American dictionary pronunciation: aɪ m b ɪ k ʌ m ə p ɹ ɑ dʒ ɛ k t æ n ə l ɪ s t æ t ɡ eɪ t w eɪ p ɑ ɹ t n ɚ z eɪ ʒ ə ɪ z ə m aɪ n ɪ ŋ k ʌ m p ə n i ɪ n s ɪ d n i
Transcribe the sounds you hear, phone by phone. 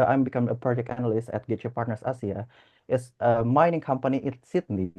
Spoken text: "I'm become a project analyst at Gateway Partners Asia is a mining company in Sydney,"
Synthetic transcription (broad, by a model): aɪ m b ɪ k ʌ m ə p ɹ ɑ dʒ ɛ k t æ n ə l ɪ s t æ t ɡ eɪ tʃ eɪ p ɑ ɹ t n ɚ s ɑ s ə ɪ s ə m aɪ n ɪ ŋ k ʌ m p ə n i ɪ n s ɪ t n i